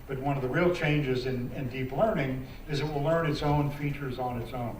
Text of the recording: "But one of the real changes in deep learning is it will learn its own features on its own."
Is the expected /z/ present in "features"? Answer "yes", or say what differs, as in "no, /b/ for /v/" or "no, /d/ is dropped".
yes